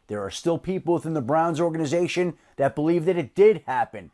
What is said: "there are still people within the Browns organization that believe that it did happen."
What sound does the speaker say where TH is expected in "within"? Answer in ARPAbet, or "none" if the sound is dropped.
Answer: TH